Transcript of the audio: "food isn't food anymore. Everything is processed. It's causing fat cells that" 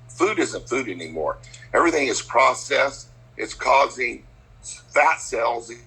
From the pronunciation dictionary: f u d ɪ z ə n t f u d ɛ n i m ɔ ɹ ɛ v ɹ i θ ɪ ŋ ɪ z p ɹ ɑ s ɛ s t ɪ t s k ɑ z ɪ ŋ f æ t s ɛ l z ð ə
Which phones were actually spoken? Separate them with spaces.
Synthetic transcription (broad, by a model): f u d ɪ z ə n t f u d ɛ n i m ɔ ɹ ɛ v ɹ i θ ɪ ŋ ɪ z p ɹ ɑ s ɛ s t ɪ t s k ɑ z ɪ ŋ f æ t s ɛ l z